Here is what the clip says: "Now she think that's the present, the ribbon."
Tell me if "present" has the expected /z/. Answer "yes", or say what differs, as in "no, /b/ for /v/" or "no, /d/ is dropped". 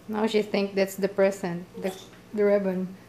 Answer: no, /s/ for /z/